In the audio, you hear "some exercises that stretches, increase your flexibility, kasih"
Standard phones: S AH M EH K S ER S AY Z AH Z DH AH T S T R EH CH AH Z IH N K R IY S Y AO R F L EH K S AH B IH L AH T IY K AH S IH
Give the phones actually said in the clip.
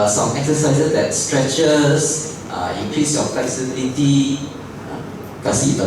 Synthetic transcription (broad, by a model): S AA M EH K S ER S AY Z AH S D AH T S T R EH CH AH S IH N K R IY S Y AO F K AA S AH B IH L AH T IY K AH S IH